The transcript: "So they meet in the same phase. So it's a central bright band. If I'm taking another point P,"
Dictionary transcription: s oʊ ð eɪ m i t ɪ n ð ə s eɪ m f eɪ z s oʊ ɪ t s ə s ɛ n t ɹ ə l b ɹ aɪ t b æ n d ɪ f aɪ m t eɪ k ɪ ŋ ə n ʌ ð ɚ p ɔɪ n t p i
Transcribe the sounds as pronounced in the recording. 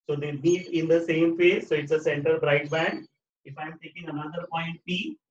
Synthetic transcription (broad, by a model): s oʊ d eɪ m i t ɪ n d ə s eɪ m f eɪ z s oʊ ɪ t s ə s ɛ n t ə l b ɹ aɪ t b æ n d ɪ f aɪ m t eɪ k ɪ ŋ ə n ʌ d ɚ p ɔɪ n t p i